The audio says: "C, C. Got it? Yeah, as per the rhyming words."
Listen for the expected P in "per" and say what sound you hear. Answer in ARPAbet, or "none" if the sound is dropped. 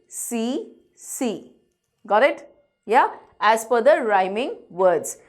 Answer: F